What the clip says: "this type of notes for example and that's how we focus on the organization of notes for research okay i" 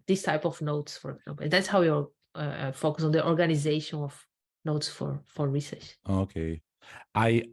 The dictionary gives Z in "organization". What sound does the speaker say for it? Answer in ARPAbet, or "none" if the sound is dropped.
Z